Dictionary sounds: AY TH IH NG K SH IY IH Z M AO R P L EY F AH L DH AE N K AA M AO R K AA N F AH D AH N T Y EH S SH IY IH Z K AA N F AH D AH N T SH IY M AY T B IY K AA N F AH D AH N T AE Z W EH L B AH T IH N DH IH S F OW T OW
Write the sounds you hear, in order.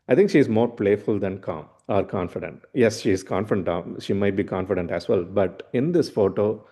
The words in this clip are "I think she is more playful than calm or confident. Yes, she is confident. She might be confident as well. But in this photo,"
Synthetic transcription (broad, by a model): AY T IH NG K SH IY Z M AO R P L EY F AH L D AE N K AA M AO R K AA N F AH D AH N T Y EH S SH IY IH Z K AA N F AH D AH N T SH IY M AY T B IY K AA N F AH D AH N T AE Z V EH L B AH T IH N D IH S F OW T OW